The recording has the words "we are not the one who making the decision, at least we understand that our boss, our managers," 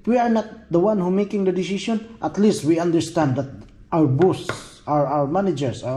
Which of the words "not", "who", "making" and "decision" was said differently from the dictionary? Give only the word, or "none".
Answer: decision